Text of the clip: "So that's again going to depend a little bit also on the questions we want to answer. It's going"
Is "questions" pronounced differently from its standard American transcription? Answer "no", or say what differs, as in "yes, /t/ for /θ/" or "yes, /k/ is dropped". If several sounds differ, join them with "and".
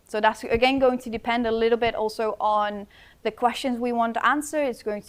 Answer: no